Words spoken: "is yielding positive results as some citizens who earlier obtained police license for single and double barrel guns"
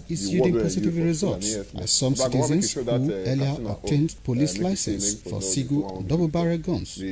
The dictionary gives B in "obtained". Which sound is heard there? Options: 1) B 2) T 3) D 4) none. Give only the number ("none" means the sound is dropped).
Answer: 4